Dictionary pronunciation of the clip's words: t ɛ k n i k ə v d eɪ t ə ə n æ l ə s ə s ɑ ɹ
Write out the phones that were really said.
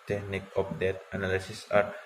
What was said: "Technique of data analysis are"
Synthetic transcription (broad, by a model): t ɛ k n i k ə p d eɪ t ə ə n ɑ l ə s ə s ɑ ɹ